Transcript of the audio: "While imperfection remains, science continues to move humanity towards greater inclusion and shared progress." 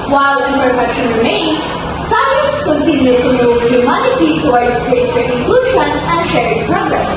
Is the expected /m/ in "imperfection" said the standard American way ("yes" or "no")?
no